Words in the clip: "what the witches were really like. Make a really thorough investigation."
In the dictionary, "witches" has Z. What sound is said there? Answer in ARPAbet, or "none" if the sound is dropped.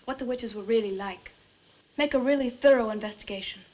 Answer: Z